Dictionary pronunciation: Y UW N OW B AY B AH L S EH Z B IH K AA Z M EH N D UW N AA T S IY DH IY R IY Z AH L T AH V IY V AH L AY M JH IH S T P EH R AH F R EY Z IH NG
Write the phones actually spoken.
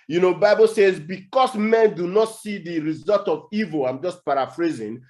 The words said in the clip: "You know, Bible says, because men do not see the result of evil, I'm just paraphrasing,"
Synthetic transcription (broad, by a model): Y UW N OW B AY B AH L S EH Z B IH K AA S M EH N D UW N AA T S IY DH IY R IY Z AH L T AH V IY V AH L AY M JH IH S T P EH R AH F R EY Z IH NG